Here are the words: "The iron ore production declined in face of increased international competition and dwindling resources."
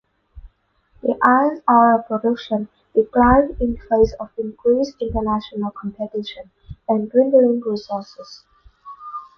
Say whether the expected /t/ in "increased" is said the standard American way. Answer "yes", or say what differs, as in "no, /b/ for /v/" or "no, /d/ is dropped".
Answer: no, /t/ is dropped